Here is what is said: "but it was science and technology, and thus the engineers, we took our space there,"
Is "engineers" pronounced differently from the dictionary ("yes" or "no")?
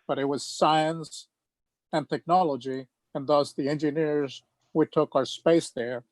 no